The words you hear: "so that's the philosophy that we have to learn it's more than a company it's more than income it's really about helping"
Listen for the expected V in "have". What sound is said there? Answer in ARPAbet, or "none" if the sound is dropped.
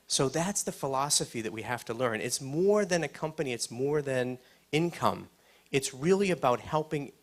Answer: F